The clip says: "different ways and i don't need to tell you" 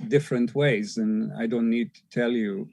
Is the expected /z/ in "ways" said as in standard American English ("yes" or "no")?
yes